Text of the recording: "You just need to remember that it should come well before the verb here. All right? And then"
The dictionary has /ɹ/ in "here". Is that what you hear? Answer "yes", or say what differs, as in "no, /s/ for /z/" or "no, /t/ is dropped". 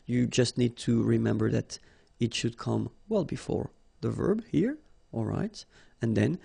yes